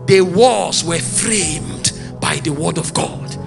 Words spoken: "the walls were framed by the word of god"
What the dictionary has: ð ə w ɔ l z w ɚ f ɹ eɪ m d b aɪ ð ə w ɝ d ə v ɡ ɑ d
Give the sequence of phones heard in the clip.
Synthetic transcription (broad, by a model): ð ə w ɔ z w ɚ f ɹ eɪ m d b aɪ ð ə w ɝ d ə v ɡ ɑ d